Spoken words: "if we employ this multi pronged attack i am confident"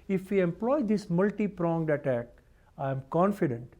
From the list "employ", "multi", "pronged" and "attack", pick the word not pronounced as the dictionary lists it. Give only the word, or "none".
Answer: none